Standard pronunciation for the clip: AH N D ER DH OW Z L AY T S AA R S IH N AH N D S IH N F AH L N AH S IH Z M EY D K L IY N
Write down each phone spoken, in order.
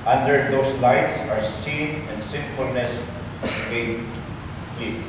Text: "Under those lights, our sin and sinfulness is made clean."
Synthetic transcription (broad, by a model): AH N D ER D OW S L AY T S AA R S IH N AH N D S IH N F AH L N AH S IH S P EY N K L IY